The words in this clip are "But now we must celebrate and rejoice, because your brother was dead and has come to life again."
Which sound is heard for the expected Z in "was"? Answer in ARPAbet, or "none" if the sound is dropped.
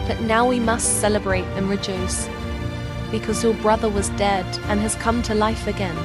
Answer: Z